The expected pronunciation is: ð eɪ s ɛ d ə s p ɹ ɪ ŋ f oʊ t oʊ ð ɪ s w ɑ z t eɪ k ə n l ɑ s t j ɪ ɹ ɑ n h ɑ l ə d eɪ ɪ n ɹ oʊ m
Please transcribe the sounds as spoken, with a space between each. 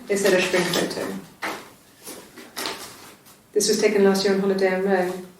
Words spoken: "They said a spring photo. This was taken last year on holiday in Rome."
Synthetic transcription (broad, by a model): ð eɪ s ɛ d ə ʃ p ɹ ɪ ŋ f oʊ t oʊ ð ɪ s w ɑ z t eɪ k ə n l ɑ s t j ɪ ɹ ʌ n h ɑ l ə d eɪ ɪ n ɹ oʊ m